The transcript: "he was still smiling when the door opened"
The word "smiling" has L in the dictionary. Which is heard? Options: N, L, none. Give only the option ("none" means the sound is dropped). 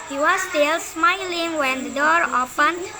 L